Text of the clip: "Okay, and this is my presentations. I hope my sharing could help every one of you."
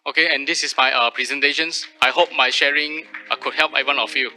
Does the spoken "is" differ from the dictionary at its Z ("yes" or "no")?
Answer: yes